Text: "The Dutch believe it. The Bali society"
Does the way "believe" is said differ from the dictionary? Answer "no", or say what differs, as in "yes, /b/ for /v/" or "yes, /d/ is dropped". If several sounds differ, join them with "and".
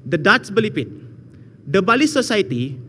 yes, /p/ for /v/